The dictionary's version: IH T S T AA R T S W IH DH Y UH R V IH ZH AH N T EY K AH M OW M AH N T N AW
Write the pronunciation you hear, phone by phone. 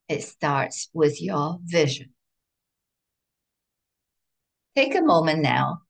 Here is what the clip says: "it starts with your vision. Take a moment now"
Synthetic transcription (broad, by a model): IH T S T AA R T S W IH DH Y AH R V IH ZH AH N T EY K AH M OW M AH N N AW